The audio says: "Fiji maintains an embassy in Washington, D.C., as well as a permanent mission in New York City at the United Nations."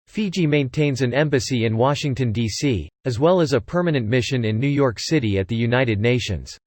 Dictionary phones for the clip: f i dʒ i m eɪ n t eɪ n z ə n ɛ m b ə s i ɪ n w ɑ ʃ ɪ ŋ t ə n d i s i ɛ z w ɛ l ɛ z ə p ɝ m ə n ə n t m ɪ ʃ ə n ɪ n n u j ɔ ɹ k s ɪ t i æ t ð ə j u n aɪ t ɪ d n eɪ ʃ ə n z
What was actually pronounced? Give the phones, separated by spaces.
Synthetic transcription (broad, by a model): f i dʒ i m eɪ n t eɪ n z ə n ɛ m b ə s i ɪ n w ɑ ʃ ɪ ŋ t ə n d i s i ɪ z w ɛ l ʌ z ə p ɝ m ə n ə n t m ɪ ʃ ə n ɪ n n u j ɔ ɹ k s ɪ t i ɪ t ð ə j u n aɪ t ɪ d n eɪ ʃ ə n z